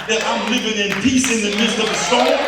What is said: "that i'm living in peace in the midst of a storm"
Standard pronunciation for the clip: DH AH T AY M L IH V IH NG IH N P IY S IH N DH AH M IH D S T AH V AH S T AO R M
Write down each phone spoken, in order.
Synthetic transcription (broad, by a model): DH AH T AY M L IH V IH NG IH N P IY S IH N DH AH M IH D S T AH V AH S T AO